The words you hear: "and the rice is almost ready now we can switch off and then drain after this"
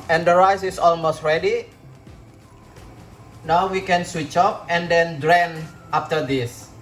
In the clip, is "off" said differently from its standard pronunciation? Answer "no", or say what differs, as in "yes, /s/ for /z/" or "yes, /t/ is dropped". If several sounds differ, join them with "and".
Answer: yes, /p/ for /f/